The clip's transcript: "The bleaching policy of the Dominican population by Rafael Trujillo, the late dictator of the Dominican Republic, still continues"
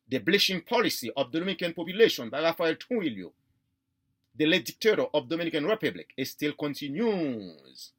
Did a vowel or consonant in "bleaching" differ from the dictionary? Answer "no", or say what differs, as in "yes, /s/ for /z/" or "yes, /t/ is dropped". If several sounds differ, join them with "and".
yes, /ʃ/ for /tʃ/